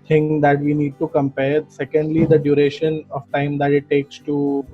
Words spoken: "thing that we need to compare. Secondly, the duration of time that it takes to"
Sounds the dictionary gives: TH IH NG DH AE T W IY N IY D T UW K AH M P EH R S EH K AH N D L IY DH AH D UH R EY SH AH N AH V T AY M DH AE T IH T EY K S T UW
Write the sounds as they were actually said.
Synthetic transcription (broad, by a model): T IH NG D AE T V IY N IY D T UW K AH M P EH R S EH K AH N D L IY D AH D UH R EY SH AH N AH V T AY M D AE T IH T EY K S T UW